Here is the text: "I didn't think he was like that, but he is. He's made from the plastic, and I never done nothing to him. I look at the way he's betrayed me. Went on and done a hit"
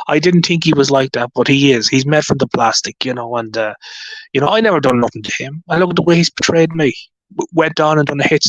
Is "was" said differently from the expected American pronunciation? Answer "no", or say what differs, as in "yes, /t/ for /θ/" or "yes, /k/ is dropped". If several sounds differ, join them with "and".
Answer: no